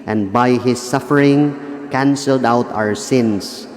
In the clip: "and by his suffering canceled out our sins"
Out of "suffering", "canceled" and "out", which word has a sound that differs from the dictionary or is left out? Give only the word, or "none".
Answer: none